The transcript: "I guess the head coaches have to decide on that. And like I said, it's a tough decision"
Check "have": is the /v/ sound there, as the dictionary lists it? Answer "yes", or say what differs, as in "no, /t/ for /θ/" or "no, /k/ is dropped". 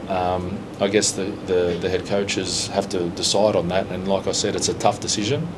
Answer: no, /f/ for /v/